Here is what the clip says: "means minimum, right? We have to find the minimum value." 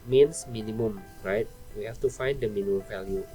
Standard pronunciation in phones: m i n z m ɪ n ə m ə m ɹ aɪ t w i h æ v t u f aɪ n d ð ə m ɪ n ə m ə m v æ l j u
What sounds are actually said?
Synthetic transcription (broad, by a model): m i n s m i n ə m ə m ɹ aɪ t w i h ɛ f t u f aɪ n d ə m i n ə m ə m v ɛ l j u